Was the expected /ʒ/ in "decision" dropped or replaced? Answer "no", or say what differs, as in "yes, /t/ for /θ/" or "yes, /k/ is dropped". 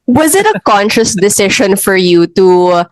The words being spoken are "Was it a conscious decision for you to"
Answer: yes, /ʃ/ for /ʒ/